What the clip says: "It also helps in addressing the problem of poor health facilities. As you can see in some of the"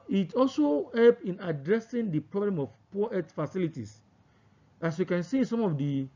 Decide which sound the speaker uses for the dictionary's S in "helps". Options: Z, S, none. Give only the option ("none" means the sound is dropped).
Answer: none